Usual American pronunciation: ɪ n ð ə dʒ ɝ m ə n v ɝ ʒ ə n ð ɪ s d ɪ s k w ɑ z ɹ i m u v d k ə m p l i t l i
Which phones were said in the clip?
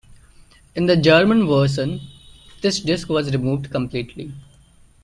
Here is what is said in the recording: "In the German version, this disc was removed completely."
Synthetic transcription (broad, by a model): ɪ n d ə dʒ ɝ m ə n v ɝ ʃ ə n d ɪ s d ɪ s k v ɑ z ɹ i m u v d k ə m p l i t l i